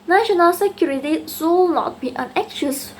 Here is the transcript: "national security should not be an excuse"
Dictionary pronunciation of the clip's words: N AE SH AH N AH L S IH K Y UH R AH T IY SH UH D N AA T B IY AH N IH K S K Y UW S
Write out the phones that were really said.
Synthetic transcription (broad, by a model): N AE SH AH N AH L S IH K Y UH R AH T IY S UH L N AA T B IY AH N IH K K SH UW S